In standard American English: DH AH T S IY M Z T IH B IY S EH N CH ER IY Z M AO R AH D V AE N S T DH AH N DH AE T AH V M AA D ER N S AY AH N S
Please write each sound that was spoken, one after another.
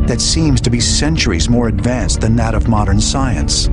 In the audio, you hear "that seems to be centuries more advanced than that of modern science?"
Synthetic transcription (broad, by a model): DH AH T S IY M Z T IH B IY S EH N CH ER IY Z M AO R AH D V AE N S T DH AH N DH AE T AH V M AA D ER N S AY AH N S